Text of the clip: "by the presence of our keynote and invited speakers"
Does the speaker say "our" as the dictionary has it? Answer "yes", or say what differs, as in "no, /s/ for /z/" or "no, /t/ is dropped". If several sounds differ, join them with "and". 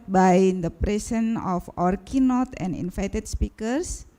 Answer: yes